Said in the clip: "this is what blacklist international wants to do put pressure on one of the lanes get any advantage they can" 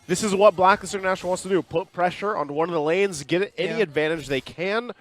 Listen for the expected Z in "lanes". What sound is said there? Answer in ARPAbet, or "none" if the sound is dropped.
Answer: Z